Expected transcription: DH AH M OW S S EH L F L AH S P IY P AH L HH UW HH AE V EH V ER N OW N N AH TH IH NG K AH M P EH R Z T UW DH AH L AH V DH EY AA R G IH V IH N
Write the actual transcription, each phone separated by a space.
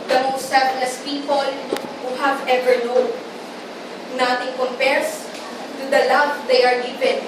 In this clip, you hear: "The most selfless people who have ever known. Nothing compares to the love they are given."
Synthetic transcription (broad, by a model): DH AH M OW S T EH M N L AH S P IY P AH L HH UW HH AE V EH V ER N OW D N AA T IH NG K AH M P EH R S T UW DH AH L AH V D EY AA R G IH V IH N